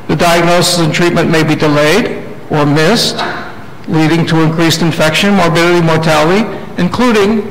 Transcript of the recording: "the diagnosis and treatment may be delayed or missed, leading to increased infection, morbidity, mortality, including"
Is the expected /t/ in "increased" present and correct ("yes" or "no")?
yes